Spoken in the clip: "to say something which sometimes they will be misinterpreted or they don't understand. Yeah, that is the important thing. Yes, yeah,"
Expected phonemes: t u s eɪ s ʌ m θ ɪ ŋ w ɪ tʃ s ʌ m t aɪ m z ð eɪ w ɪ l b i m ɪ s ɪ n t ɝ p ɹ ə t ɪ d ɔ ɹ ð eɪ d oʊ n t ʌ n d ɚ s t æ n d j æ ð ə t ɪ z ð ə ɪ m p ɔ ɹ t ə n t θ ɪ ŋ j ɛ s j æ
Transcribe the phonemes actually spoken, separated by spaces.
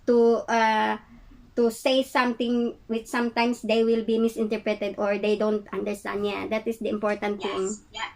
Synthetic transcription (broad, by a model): t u s eɪ s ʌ m t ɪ ŋ w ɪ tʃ s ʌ m t aɪ m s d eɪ w ɪ l b i m ɪ s ɪ n t ɝ p ɹ ə t ɪ d ɔ ɹ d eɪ d oʊ n t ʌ n d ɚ s t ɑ n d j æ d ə t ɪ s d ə ɪ m p ɔ ɹ t ə n t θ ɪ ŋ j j